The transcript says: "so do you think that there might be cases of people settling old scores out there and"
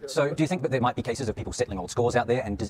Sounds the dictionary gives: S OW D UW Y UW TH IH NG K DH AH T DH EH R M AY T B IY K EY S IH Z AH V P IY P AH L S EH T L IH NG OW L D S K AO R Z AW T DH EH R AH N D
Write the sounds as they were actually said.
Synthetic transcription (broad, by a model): S OW D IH Y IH TH IH NG K DH AH T DH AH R M AY T B IY K EY S IH Z AH V P IY P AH L S EH T L IH NG OW L D S K AO R Z AW T DH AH R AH N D